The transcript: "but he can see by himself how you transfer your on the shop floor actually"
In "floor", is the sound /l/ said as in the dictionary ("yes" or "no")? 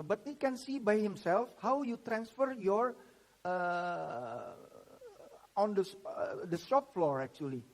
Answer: yes